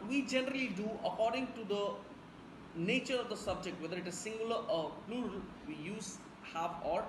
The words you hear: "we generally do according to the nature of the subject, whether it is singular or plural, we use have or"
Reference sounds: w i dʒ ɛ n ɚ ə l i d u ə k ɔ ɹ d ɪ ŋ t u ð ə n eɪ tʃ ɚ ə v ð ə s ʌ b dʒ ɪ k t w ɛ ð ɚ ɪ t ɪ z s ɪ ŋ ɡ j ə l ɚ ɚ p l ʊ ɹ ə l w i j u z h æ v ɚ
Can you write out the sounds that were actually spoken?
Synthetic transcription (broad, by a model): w i dʒ ɛ n ɚ ə l i d u ə k ɔ ɹ d ɪ ŋ t u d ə n eɪ tʃ ɚ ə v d ə s ʌ b dʒ ɪ k t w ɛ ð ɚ ɪ t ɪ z s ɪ ŋ ɡ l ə ɚ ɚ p l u ɹ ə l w i j u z h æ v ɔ